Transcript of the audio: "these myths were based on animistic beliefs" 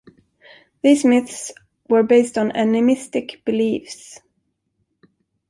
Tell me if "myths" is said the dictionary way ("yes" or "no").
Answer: yes